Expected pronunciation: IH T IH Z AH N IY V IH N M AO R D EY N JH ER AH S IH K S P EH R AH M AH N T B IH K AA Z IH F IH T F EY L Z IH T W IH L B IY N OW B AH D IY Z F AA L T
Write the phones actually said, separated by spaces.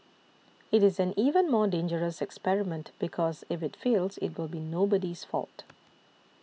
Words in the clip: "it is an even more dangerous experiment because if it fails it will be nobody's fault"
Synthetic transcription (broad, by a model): IH T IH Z AH N IY V IH N M AO D EY N JH ER AH S IH K S P EH R AH M AH N T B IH K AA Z IH F IH T F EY L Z IH T W IH L B IY N OW B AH D IY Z F AA L T